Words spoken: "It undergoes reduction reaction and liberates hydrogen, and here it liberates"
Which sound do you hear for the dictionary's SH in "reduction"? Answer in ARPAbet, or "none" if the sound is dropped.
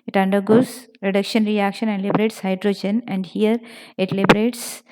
SH